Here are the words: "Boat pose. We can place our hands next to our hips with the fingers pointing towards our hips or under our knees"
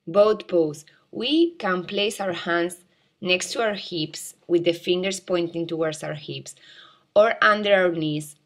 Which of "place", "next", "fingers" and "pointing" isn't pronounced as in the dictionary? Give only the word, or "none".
fingers